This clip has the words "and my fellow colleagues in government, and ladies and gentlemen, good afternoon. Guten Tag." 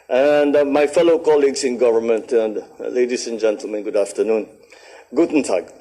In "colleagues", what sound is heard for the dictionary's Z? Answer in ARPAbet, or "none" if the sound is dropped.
S